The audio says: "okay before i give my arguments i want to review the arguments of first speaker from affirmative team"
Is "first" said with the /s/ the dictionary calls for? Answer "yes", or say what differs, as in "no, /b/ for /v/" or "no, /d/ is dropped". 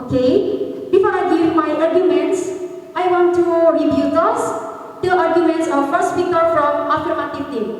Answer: yes